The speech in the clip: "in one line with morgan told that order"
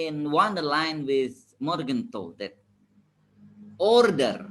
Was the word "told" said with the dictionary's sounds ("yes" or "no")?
no